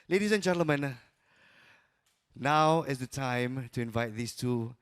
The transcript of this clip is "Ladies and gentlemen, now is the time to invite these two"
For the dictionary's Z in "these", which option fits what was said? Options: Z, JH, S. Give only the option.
S